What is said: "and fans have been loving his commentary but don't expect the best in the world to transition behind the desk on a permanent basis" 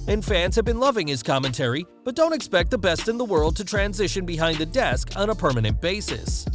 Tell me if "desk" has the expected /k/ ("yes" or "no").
yes